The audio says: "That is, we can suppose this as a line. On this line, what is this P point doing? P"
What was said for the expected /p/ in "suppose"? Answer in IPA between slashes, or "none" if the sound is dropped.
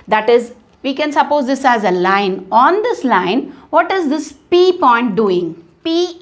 /p/